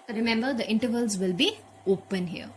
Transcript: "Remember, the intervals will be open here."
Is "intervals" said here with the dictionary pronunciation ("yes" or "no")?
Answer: yes